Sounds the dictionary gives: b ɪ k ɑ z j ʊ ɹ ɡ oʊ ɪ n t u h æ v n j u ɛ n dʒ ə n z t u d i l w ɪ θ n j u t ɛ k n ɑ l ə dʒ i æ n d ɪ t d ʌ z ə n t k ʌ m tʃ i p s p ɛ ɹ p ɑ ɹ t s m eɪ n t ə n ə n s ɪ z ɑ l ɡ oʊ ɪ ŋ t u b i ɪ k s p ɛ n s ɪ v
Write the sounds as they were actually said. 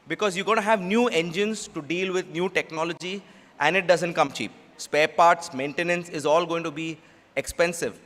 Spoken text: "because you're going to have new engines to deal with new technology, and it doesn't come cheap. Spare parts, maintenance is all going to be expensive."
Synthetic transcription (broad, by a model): b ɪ k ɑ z j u ɡ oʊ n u h æ v n j u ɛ n dʒ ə n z t u d i l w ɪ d n j u t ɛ k n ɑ l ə dʒ i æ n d ɪ t d ʌ z ə n t k ʌ m tʃ i p s p ɛ ɹ p ɑ ɹ t s m eɪ n t ə n ə n s ɪ z ɑ l ɡ oʊ ɪ ŋ t u b i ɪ k s p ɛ n s ɪ v